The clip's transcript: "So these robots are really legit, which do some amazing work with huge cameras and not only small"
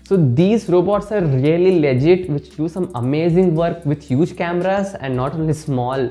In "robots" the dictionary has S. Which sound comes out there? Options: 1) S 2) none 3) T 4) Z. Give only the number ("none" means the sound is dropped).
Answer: 1